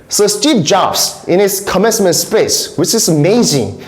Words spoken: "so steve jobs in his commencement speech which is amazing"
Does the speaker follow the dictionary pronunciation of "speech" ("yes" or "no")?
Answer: no